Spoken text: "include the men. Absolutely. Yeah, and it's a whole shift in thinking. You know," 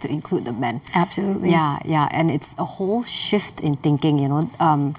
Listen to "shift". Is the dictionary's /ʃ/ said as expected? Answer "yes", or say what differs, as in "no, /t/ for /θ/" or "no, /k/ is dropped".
yes